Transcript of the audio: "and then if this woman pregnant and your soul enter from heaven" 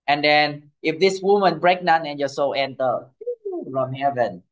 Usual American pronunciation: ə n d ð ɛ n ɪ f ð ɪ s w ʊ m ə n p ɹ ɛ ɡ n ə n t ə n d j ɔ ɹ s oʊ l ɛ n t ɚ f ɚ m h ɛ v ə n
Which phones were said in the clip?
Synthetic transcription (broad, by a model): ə n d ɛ n ɪ f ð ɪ s w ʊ m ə n b ɹ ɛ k n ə n ə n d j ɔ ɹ s oʊ l ɛ n t ɚ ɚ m h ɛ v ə n